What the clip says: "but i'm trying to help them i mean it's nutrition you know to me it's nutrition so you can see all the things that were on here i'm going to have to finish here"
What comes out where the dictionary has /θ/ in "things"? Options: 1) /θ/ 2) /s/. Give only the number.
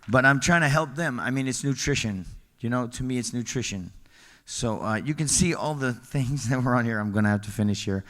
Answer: 1